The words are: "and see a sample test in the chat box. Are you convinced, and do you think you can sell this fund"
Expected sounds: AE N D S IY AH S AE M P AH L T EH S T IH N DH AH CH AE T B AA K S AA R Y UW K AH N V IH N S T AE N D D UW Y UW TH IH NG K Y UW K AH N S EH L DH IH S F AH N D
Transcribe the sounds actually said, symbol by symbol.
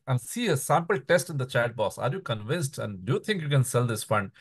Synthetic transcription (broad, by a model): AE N D S IY AH S AE M P AH L T EH S T IH N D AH CH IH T B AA S AA R Y UW K AH N V IH N S T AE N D D UW Y UW T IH NG K Y UW K AH N S EH L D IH S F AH N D